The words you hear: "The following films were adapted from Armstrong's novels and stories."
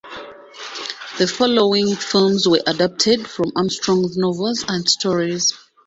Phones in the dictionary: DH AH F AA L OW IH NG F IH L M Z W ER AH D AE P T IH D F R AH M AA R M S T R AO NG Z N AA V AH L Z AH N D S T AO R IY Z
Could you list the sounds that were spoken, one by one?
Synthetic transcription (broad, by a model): DH AH F AA L OW IH NG F IH L M Z W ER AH D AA P T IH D F R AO M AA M S T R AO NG N AA V AH L Z AH N D S T AO R IY Z